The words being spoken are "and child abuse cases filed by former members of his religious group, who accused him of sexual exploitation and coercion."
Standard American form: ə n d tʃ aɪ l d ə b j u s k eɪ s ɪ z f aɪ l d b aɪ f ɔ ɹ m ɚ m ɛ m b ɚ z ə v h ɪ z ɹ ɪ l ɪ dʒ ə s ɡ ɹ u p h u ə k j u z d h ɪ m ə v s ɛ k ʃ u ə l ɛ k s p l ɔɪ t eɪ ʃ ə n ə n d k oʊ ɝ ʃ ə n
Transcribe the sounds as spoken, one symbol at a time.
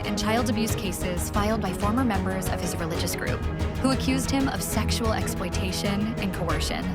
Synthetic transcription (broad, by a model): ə n tʃ aɪ l d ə b j u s k eɪ s ɪ z f aɪ l d b aɪ f ɔ ɹ m ɚ m ɛ m b ɚ z ə v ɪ z ɹ ɪ l ɪ dʒ ə s ɡ ɹ u p h u ə k j u z d h ɪ m ə v s ɛ k ʃ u l ɛ k s p l ɔɪ t eɪ ʃ ə n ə n k oʊ ɝ ʃ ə n